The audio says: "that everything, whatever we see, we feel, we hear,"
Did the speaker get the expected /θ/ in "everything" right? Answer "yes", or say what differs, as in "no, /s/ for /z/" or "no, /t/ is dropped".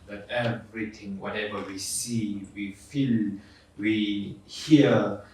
no, /t/ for /θ/